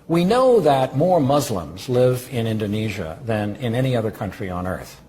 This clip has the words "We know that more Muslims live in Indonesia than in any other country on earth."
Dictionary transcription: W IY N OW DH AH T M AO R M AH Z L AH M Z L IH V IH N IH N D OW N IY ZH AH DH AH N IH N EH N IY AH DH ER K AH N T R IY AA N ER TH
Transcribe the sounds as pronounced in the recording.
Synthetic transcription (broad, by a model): W IY N OW DH AH T M AO R M AH Z L AH M Z L IH V IH N IH N D OW N IY ZH AH DH AH N IH N EH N IY AH DH ER K AH N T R IY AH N ER TH